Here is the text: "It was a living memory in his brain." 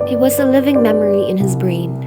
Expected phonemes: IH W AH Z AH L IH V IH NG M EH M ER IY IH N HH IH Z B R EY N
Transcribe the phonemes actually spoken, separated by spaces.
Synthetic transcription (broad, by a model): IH W AH Z AH L IH V IH NG M EH M ER IY IH N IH Z B R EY N